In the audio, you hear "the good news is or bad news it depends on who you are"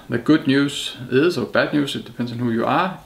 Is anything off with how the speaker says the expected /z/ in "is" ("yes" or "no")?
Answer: yes